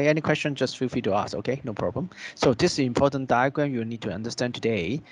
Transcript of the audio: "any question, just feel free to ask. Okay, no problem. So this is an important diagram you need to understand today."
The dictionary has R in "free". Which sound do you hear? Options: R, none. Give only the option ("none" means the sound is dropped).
none